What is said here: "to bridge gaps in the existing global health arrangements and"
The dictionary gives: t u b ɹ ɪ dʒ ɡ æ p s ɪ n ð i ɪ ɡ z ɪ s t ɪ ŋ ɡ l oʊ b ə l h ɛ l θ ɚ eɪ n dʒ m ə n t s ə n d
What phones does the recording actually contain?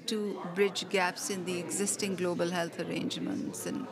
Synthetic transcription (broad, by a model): t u b ɹ ɪ dʒ ɡ æ p s ɪ n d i ɪ ɡ z ɪ s t ɪ ŋ ɡ l oʊ b ə l h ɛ l t ɚ eɪ n dʒ m ə n t s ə n